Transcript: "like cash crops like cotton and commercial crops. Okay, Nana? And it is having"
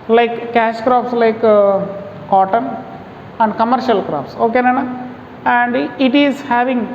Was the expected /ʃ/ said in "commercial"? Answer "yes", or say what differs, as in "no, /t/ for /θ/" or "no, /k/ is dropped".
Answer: yes